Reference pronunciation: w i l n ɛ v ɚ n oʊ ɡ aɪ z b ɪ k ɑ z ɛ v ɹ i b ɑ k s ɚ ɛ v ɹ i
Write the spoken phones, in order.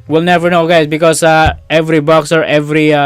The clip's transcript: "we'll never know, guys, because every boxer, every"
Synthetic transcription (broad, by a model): w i l n ɛ v ɚ n oʊ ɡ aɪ s b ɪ k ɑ s ɛ v ɹ i b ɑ k s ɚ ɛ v ɹ i